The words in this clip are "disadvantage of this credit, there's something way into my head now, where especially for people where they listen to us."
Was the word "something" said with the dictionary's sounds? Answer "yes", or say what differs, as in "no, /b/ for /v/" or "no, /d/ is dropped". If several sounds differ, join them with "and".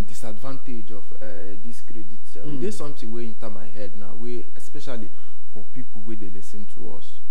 no, /t/ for /θ/